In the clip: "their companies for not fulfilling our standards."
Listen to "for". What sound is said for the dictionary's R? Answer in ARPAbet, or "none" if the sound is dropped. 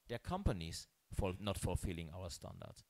L